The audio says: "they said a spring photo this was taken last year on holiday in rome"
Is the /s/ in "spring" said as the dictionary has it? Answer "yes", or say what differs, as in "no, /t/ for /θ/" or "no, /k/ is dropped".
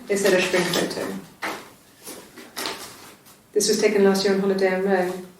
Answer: no, /ʃ/ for /s/